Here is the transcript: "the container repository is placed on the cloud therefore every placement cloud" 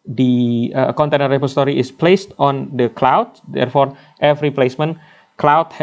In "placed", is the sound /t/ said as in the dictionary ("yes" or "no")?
yes